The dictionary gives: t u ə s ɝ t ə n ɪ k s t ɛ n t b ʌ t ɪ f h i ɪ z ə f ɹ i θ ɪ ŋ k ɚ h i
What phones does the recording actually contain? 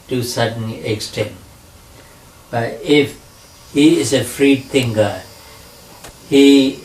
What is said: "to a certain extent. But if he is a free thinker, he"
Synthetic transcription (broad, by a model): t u s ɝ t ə n ɪ k s t ɛ n t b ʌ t ɪ f h i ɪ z ə f ɹ i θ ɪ ŋ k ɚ h i